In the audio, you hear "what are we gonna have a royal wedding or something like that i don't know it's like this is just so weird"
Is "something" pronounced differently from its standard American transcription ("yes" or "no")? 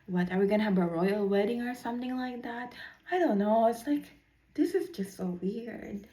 no